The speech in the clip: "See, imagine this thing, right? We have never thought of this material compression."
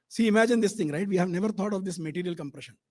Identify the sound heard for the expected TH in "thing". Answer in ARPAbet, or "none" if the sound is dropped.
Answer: T